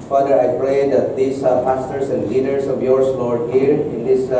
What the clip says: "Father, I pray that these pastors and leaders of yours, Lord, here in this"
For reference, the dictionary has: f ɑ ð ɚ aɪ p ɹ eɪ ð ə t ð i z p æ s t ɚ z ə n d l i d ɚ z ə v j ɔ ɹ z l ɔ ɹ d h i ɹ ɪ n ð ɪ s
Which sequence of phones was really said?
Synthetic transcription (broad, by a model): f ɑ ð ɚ aɪ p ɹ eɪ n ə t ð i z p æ s t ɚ s ə n d l i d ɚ s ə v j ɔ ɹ s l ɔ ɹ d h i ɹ ɪ n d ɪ s